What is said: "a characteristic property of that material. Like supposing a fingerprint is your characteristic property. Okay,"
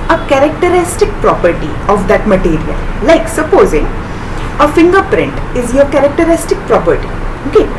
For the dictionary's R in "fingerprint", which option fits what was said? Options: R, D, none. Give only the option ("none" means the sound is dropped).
R